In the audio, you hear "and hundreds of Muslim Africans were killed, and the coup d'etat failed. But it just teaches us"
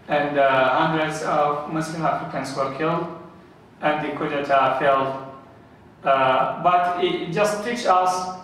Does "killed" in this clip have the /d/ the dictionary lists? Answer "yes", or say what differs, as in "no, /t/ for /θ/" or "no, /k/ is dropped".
yes